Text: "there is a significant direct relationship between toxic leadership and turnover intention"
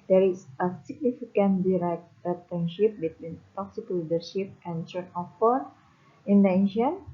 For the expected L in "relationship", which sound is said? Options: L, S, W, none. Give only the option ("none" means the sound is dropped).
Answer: none